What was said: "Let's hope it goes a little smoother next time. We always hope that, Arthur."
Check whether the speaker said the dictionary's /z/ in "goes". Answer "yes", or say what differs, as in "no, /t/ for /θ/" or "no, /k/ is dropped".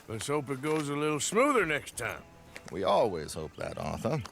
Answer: yes